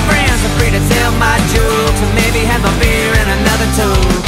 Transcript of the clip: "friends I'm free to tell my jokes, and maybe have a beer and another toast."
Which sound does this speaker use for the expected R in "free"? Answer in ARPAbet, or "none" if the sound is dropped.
R